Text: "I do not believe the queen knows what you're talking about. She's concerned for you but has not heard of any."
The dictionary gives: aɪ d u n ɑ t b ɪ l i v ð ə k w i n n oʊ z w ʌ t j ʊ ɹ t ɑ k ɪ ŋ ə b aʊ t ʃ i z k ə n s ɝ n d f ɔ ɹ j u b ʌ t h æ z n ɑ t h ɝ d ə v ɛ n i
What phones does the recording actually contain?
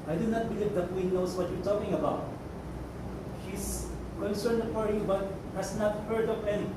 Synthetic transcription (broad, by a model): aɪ d u n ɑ t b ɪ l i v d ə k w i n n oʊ s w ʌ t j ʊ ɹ t ɑ k ɪ ŋ ə b aʊ t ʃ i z k ə n s ɝ n d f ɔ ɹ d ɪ b ʌ t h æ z n ɑ t h ɝ d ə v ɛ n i